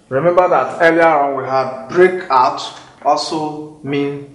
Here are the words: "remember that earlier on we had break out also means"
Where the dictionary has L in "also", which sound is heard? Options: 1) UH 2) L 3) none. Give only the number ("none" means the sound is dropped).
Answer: 3